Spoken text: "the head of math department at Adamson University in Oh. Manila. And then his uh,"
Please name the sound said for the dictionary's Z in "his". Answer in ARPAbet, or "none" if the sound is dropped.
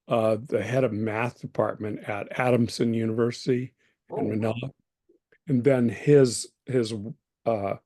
Z